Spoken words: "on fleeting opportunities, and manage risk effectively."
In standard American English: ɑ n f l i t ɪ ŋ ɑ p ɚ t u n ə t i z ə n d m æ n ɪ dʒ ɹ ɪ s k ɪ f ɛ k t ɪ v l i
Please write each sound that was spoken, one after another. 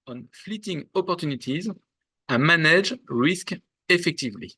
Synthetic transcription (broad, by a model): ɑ n f l i t ɪ ŋ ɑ p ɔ t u n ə t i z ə m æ n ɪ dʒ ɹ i s k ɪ f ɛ k t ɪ v l i